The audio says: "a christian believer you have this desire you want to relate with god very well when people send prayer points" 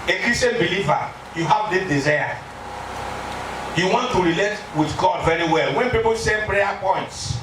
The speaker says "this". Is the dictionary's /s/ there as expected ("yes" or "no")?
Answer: no